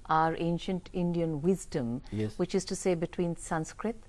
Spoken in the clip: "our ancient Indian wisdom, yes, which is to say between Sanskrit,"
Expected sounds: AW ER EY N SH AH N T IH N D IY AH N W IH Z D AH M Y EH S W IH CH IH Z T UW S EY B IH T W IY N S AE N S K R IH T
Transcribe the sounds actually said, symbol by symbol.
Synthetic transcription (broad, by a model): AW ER EY N SH AH N T IH N D IY AH N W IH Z D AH M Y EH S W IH CH IH Z T UW S EY B IH T W IY N S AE N S K R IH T